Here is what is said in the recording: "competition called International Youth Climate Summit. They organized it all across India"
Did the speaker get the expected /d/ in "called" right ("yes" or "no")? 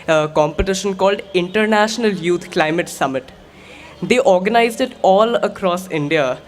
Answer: yes